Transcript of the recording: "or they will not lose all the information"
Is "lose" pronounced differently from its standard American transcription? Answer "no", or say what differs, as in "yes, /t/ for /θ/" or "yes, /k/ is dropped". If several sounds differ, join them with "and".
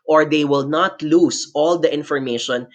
yes, /s/ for /z/